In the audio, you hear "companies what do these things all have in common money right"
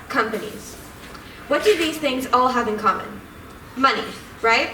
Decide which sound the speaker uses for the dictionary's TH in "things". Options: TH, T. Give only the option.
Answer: TH